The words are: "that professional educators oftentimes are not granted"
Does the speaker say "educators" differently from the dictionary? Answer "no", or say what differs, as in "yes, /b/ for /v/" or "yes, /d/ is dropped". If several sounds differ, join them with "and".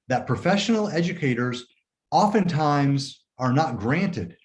no